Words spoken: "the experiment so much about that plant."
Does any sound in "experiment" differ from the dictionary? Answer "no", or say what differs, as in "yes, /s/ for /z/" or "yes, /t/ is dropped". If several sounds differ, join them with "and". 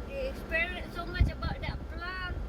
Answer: yes, /m/ is dropped